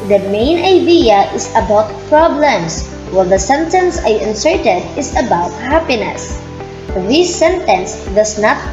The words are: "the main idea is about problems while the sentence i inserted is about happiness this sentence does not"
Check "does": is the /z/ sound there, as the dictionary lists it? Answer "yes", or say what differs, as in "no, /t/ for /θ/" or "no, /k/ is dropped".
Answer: no, /s/ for /z/